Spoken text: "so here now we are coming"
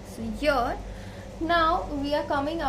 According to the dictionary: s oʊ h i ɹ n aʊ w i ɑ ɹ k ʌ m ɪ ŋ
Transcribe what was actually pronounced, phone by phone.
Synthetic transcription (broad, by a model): s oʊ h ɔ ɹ n aʊ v i ɑ ɹ k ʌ m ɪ ŋ